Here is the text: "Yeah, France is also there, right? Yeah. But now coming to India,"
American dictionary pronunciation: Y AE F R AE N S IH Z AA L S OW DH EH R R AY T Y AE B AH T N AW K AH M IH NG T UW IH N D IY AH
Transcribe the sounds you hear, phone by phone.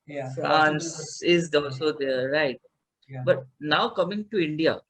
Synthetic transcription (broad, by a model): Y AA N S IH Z AA L S OW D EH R R AY T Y B AH T N AW K AH M IH NG T UW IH N D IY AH